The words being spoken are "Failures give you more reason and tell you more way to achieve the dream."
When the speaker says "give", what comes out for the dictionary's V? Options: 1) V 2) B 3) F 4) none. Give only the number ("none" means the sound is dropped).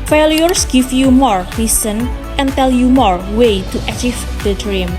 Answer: 3